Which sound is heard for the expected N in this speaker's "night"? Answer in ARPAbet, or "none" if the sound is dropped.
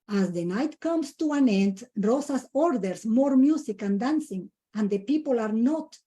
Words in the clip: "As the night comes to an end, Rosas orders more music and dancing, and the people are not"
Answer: N